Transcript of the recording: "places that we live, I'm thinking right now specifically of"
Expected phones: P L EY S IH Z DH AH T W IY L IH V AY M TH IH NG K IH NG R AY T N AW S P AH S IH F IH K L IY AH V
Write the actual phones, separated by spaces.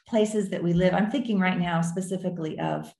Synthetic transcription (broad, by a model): P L EY S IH Z DH AH T W IY L IH V AY M TH IH NG K IH NG R AY T N AW S P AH S IH F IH K L IY AH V